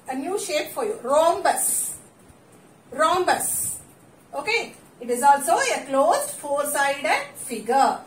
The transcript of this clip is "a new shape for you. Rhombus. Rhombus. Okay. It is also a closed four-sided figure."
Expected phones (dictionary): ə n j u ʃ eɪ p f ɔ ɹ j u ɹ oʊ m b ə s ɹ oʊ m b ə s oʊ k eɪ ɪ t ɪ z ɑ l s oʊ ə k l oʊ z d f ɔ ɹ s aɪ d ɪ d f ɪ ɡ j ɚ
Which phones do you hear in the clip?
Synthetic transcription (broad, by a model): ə n j u ʃ eɪ p f ɔ ɹ j u ɹ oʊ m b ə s ɹ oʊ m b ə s oʊ k eɪ ɪ t ɪ z ɑ l s oʊ ə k l oʊ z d f ɔ ɹ s aɪ d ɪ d f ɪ ɡ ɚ